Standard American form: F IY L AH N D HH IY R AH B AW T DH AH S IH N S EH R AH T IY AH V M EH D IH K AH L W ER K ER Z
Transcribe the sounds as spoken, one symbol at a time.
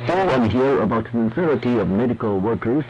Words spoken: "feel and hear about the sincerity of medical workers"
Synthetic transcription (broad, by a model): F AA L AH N HH IY R AH B AW T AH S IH N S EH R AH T IY AH V M EH D IH K AH L W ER K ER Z